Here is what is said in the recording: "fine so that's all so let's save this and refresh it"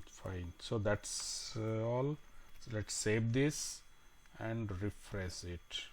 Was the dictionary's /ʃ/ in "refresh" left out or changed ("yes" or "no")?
yes